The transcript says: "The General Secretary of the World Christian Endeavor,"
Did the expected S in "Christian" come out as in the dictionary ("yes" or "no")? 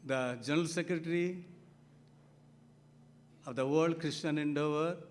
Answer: no